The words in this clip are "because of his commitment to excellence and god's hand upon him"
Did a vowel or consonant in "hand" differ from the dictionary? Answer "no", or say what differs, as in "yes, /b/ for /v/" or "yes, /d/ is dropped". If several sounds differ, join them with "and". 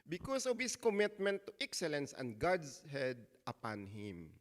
yes, /n/ is dropped